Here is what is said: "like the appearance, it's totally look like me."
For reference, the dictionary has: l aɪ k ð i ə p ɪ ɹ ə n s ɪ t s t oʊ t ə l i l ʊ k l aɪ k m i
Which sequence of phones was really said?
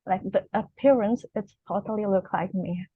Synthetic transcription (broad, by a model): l aɪ k ð i ə p ɪ ɹ ə n s ɪ t s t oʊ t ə l i l ʊ k l aɪ k m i